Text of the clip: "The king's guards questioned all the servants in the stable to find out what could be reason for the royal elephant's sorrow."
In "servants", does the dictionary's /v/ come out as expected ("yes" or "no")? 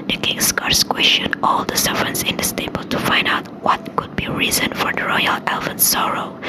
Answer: no